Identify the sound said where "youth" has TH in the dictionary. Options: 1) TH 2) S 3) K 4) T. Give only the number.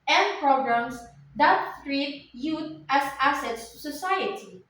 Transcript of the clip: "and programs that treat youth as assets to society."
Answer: 4